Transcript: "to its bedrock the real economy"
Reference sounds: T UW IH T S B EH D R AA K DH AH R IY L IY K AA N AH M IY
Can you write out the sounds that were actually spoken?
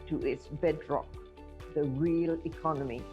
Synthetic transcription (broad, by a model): T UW IH T S B EH D R AA K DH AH R IY L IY K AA N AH M IY